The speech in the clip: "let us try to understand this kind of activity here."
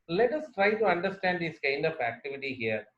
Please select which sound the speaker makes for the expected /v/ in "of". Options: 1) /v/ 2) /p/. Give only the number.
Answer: 2